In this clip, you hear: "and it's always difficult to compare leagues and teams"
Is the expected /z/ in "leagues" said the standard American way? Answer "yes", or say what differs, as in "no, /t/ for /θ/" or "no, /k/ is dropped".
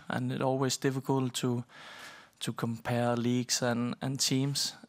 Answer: no, /s/ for /z/